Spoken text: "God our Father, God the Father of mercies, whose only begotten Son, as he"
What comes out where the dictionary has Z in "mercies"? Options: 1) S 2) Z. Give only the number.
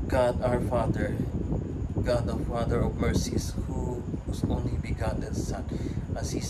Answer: 1